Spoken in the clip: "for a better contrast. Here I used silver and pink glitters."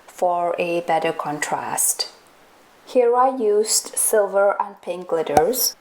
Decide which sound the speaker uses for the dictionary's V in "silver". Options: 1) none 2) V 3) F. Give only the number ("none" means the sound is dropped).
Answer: 2